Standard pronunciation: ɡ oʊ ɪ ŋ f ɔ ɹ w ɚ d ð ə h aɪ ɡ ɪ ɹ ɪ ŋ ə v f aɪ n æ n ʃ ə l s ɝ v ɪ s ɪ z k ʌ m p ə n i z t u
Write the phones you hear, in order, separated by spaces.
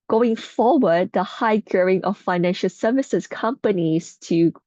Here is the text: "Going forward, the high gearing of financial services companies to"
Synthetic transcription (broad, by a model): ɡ oʊ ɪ ŋ f ɔ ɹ w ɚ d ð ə h aɪ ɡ ɹ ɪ ŋ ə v f aɪ n æ n ʃ ə l s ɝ v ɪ s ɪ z k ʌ m p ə n i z t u